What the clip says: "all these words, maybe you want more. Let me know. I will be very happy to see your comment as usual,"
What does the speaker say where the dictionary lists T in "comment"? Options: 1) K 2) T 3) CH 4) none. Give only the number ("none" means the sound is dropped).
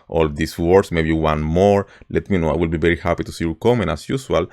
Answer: 4